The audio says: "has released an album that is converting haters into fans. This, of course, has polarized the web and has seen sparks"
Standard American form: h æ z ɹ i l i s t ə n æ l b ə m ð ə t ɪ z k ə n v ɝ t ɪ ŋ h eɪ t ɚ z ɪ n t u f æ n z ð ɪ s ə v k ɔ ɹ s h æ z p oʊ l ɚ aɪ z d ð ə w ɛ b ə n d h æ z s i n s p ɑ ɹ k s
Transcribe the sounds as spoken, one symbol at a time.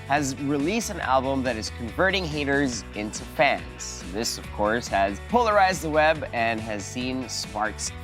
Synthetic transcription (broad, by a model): h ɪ z ɹ i l i s t ə n æ l b ə m ð ə t ɪ z k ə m v ɝ t ɪ ŋ h eɪ t ɚ z ɪ n t u f æ n z ð ɪ s ə v k ɔ ɹ s h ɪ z p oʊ l ɚ aɪ z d ð ə w ɛ b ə n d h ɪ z s i n s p ɑ ɹ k s